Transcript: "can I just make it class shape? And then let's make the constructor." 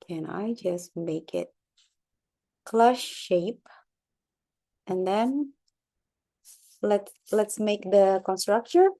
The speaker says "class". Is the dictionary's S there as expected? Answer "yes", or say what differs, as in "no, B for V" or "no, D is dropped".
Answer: no, SH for S